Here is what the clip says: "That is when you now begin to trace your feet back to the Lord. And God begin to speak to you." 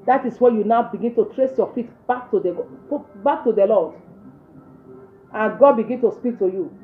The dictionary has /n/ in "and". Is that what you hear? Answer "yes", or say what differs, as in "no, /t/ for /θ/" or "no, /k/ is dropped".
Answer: no, /l/ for /n/